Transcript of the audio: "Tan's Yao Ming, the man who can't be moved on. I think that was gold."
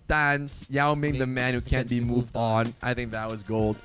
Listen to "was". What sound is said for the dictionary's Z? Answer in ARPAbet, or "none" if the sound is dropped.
Z